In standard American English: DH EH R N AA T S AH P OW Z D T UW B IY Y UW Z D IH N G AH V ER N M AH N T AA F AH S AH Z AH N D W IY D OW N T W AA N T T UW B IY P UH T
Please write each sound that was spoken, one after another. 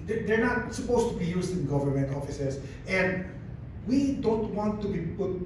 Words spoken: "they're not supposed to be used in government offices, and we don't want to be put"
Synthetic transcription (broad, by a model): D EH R N AA T S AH P OW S T UW B IY Y UW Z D IH N G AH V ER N M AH N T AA F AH S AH S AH N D W IY D OW N T W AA N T T UW B IY P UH T